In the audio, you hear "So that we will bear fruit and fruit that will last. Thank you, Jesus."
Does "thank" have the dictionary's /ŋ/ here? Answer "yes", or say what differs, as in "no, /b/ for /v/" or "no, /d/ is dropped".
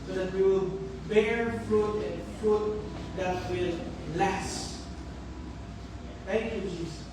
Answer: no, /ŋ/ is dropped